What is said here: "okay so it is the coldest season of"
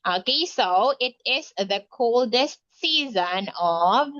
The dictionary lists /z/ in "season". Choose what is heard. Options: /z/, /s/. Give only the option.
/z/